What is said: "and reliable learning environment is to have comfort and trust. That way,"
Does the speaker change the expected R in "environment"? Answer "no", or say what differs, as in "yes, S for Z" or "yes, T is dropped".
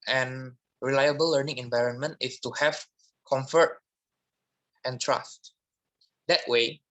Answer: no